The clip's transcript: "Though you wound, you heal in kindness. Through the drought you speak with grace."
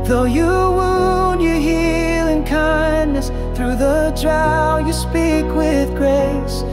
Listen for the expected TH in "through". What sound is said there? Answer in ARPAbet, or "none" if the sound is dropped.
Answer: TH